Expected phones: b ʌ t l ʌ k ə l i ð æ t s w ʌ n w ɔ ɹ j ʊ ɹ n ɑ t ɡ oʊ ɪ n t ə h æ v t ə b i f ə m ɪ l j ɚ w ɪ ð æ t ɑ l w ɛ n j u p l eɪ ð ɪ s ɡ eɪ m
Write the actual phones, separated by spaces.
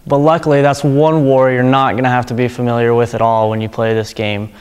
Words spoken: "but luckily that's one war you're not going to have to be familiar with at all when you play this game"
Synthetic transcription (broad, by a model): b ʌ t l ʌ k l i ð æ t s w ʌ n w ɔ ɹ j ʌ ɹ n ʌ t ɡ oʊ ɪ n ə h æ f t ə b i f ə m ɪ l j ɚ w ɪ ð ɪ t ɑ l w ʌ n j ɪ p l eɪ ð ɪ s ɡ eɪ m